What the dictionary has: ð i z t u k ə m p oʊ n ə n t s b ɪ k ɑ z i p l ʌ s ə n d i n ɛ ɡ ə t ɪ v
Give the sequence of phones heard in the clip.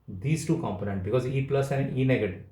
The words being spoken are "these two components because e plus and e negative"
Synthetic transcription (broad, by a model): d i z t u k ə m p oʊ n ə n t b ɪ k ɑ z i p l ʌ s ə n d i n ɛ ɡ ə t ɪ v